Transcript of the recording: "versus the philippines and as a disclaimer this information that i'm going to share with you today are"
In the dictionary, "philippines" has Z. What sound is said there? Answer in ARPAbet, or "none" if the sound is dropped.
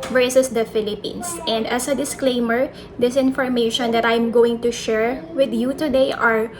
S